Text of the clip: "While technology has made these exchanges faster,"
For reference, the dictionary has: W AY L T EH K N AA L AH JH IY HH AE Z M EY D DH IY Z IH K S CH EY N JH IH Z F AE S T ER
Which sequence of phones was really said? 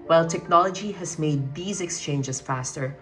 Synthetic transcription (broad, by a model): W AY L T EH K N AA L AH JH IY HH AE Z M EY D DH IY Z IH K S CH EY N JH IH Z F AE S T ER